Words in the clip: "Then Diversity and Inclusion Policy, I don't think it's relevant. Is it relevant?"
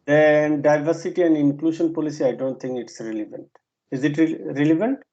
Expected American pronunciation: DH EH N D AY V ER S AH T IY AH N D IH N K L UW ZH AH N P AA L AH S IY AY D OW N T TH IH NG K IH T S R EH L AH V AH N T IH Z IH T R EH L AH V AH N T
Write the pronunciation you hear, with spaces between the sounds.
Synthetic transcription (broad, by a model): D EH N D AY V ER S AH T IY AH N D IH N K L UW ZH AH N P AA L AH S IY AY D OW N T T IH NG K IH T S R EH L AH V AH N T IH Z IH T R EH L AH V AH N T